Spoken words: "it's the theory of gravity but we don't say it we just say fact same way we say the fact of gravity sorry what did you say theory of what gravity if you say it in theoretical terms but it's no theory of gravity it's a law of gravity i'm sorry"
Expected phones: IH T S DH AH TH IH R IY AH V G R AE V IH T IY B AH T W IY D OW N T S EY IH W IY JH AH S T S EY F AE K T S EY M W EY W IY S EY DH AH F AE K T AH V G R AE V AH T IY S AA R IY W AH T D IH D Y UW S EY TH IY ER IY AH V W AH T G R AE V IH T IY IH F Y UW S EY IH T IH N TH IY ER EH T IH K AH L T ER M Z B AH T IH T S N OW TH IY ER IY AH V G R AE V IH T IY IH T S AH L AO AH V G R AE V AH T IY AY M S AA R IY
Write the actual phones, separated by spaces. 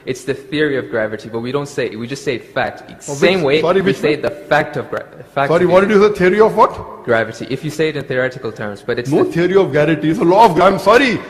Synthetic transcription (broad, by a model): IH T S DH AH TH IH R IY AH V G R AE V IH T IY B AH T W IY D OW N T S EY IH W IY JH AH S T S EY F AE K T S EY M W EY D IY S EY DH AH F AE K T AH V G R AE F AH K S AA R IY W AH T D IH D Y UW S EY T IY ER IY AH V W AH T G R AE V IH T IY IH F Y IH S EY IH T IH N TH IY ER EH T IH K AH L T ER M Z B AH T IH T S N OW T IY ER IY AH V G AE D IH T IY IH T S AH L AO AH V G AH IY M S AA R IY